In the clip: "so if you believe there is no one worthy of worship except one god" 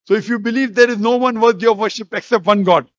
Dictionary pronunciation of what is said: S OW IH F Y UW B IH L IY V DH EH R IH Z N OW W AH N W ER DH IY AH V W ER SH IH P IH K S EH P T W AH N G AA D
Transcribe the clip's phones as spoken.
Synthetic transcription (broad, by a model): S OW IH F Y UW B IH L IY V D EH R IH Z N OW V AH N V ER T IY AH V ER SH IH P IH K S EH P T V AH N G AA D